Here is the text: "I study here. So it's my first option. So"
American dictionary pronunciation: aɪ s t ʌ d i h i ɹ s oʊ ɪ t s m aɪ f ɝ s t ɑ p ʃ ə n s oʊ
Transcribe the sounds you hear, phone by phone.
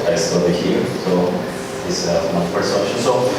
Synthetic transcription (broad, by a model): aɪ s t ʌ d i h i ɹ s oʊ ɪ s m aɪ p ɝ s ɑ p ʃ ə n s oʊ